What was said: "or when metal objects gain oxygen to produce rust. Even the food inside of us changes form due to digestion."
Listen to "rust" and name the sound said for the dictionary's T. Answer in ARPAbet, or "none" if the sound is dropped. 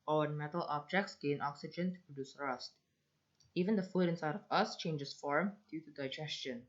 T